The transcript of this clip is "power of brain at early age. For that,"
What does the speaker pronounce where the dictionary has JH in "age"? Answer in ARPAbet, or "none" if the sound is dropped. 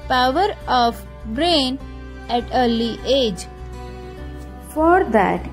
JH